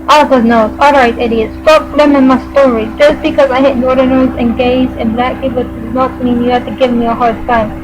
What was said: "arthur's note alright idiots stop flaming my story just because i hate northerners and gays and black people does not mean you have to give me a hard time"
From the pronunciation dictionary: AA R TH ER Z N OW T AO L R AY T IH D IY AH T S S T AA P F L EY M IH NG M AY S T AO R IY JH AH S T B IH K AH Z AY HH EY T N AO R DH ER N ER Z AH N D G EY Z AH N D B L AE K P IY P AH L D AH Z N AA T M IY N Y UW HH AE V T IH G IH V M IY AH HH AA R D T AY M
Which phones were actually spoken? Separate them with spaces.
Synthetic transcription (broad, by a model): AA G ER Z N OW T AO L R AY T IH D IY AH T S S T AA P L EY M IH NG M AY S T AO R IY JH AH S B IH K AH Z AY HH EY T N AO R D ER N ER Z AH N G EY Z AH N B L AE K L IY B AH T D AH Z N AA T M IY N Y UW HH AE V T IH G IH V M IY AH HH AA R D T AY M